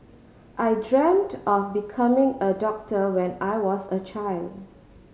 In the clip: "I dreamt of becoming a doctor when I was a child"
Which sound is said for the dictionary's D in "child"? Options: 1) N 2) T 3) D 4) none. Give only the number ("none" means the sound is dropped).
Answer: 3